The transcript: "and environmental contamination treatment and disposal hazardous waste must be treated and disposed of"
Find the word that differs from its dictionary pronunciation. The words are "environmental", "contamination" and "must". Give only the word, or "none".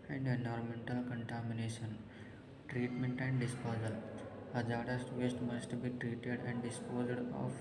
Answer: environmental